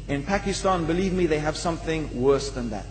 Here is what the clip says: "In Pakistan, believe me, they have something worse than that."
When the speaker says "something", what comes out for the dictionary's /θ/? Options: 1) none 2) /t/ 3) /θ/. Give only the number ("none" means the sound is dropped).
3